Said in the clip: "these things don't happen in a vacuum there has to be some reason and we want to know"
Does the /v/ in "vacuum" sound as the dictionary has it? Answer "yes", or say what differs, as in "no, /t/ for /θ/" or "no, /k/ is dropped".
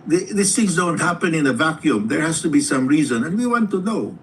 yes